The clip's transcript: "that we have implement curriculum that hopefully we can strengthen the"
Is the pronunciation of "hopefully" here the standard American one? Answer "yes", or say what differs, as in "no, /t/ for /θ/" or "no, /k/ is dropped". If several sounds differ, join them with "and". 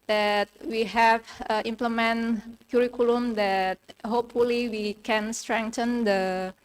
yes